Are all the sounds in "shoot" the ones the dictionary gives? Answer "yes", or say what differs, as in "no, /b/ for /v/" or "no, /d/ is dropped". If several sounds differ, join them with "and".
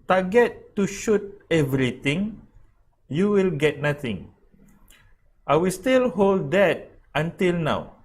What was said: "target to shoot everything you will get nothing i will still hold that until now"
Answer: yes